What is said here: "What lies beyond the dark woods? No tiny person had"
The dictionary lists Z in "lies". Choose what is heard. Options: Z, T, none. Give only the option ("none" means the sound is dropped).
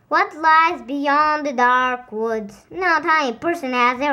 Z